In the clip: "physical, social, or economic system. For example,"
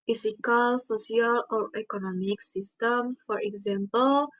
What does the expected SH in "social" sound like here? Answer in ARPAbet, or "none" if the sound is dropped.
S